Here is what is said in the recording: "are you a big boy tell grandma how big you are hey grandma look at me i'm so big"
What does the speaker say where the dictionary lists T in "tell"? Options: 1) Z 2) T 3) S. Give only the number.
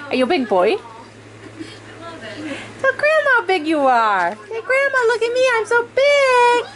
3